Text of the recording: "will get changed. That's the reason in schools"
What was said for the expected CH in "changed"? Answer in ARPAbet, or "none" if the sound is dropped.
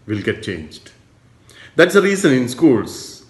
CH